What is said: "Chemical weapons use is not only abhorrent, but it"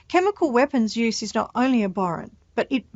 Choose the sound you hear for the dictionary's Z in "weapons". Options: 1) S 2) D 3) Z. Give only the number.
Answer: 3